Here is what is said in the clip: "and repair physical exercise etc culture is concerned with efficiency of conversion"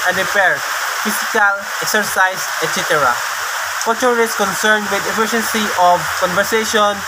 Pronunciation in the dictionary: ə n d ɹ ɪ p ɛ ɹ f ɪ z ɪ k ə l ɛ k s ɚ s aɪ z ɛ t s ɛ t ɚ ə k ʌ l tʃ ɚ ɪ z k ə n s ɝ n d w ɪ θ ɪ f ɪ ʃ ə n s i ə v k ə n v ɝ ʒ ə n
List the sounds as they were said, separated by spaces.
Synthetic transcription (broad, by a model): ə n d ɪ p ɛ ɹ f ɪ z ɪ k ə l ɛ k s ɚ s aɪ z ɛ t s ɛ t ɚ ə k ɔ tʃ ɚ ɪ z k ə n s ɝ n d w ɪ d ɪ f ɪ ʃ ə n s i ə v k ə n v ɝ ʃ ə n